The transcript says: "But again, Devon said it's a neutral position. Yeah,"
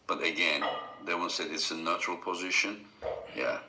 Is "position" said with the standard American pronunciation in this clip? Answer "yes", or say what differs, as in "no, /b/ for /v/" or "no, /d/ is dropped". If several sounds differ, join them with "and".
yes